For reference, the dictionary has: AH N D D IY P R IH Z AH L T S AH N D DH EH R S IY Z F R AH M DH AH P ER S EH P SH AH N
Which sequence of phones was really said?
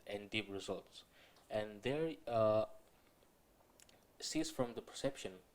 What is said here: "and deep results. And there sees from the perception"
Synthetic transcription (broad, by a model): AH N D D IY P R IH Z AH L T S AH N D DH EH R S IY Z F R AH M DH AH P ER S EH P SH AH N